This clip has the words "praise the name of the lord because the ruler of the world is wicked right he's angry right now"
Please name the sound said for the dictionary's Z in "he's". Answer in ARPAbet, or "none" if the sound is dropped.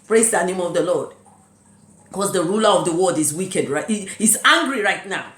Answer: S